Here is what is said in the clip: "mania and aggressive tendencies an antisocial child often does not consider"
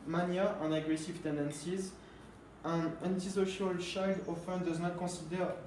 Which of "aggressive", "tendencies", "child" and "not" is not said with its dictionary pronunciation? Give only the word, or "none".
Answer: child